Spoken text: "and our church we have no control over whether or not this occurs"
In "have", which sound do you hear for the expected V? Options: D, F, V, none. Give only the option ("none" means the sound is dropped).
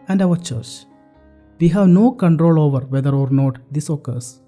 V